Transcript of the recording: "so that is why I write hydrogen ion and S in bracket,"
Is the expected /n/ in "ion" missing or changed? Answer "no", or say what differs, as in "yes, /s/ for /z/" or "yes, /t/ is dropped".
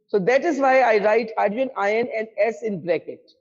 no